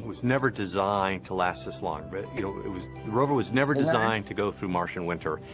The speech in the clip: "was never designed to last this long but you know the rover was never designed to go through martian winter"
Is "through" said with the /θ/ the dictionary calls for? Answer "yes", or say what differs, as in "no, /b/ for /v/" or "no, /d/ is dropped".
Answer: yes